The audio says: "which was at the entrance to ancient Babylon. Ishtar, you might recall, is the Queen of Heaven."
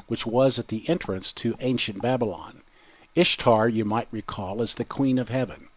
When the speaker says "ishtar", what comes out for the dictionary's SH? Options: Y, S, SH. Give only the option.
SH